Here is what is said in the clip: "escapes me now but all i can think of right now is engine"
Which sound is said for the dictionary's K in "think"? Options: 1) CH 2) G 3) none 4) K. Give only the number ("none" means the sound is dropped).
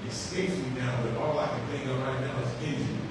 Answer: 3